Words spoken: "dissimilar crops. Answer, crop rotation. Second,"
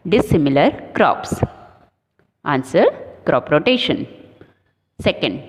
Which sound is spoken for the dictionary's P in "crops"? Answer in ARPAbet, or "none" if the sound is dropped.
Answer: P